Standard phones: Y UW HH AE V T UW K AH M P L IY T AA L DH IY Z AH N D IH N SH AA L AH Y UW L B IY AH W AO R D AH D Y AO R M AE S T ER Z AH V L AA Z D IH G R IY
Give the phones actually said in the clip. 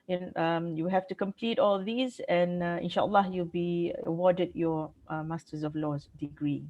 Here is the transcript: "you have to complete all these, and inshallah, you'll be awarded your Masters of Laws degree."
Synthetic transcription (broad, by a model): Y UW HH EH F T UW K AH M P L IY T AA L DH IY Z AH N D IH N SH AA L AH Y UW L B IY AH W AO D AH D Y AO M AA S T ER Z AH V L AA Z D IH G R IY